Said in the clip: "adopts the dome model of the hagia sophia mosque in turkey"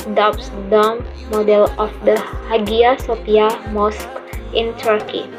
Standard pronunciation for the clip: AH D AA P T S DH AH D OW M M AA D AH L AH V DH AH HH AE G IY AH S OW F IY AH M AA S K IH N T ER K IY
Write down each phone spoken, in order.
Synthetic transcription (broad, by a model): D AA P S D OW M M AA D AH L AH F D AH HH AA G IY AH S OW P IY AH M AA S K IH N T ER K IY